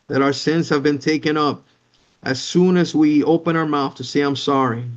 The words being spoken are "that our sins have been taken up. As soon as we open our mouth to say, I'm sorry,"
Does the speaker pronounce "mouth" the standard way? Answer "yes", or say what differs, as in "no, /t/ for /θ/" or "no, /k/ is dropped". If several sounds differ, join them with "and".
yes